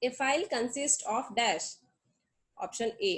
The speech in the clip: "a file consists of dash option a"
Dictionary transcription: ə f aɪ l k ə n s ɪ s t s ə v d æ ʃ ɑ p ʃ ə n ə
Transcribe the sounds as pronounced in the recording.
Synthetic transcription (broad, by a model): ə f aɪ l k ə n s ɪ s t ə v d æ ʃ ɑ p ʃ ə n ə